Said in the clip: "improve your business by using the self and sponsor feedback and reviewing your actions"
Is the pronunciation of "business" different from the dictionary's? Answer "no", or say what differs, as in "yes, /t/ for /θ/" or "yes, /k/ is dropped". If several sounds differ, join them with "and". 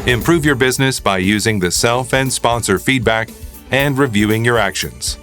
no